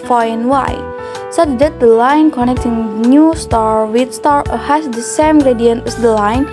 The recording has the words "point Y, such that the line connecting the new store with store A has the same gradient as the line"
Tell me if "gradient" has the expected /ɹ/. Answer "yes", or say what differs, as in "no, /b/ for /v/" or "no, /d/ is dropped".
yes